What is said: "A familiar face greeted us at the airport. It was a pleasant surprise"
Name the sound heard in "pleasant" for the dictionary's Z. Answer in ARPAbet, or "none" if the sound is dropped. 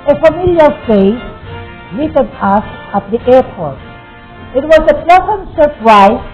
S